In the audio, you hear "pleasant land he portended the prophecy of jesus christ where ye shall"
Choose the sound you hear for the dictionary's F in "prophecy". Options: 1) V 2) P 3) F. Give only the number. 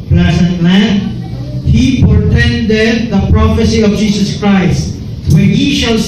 3